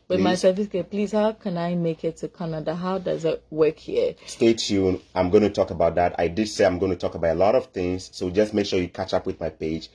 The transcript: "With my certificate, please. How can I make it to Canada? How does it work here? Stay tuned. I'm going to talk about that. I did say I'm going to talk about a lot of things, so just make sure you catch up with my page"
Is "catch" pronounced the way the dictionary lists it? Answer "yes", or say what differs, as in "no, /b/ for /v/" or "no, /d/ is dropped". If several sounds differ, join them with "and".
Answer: yes